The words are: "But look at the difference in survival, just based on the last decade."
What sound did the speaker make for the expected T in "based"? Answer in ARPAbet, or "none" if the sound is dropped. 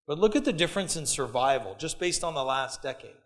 T